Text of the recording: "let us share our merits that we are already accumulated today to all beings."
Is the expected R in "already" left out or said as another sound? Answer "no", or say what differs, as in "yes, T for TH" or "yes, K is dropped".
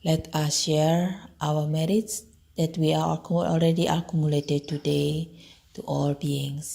yes, L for R